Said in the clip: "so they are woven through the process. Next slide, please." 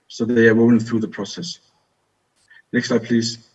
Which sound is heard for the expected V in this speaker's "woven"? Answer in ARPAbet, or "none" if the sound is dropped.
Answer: none